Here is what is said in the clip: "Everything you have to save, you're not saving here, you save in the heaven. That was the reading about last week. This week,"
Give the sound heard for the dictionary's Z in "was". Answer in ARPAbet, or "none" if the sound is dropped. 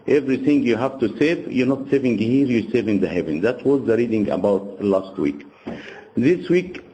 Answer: Z